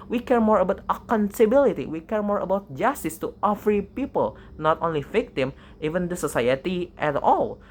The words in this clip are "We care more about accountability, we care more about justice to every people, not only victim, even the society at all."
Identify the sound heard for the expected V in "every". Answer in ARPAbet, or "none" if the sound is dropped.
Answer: F